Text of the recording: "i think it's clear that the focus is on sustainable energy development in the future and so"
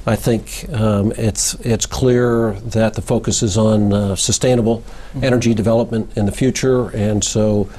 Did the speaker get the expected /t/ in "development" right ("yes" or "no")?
yes